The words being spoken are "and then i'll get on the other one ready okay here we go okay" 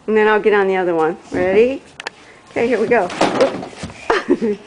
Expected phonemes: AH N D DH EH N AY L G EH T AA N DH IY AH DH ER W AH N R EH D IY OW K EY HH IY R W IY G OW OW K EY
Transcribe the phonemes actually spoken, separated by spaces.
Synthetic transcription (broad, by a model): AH N DH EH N AY L G EH T N DH IY AH DH ER W AH N R EH D IY OW K EY HH IY R W IY G OW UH